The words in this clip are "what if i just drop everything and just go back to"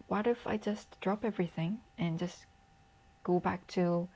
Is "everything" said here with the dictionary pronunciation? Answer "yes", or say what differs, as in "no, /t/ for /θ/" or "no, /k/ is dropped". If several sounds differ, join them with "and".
yes